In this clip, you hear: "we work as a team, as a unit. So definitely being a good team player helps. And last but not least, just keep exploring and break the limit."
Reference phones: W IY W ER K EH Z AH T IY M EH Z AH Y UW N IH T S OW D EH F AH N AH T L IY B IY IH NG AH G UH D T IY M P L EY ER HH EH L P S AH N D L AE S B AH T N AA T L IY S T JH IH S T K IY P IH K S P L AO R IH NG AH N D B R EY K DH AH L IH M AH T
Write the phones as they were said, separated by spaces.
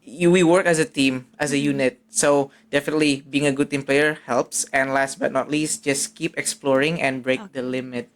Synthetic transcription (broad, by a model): W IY W ER K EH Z AH T IY M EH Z AH Y UW N IH T S OW D EH F AH N AH T L IY B IY IH NG AH G UH D T IY M P L EY ER HH EH L P S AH N L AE S B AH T N AA T L IY S T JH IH S K IY P IH K S P L AO R IH NG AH N B R EY K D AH L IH M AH T